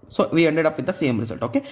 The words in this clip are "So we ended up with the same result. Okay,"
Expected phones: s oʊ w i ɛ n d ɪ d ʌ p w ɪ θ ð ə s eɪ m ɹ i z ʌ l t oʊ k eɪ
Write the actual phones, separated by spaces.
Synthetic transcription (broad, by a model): s oʊ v i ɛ n d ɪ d ʌ p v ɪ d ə s eɪ m ɹ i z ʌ l t oʊ k eɪ